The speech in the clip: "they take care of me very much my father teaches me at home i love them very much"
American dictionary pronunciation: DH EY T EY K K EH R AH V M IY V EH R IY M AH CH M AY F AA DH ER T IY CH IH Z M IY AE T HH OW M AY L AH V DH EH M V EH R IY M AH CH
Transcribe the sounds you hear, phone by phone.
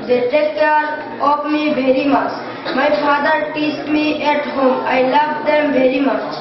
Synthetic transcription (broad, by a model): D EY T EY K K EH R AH P M IY V EH R IY M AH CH M AY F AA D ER T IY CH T M IY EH T HH OW M AY L AH V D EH M V EH R IY M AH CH